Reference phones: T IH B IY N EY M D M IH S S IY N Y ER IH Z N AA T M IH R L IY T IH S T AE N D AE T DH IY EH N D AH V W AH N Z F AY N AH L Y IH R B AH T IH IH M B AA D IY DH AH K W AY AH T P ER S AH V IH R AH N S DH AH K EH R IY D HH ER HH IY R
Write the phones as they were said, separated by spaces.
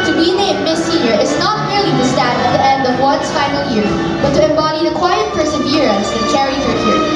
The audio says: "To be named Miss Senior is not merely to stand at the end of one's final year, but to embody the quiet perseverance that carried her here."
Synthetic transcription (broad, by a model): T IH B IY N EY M M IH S S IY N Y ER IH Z N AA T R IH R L IY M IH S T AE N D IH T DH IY EH N D AH V W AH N S F AY N AH L Y IH R B AH T IH IH M B AA D IY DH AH K W AY AH T P ER S AH V IH R AH N S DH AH K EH R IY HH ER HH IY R